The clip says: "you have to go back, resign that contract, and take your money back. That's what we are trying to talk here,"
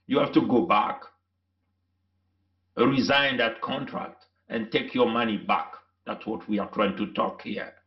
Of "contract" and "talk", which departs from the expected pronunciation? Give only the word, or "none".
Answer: none